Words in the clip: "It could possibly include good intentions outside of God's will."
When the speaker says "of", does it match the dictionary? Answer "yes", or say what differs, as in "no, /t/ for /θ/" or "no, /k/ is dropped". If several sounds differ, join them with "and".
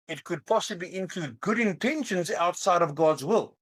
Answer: yes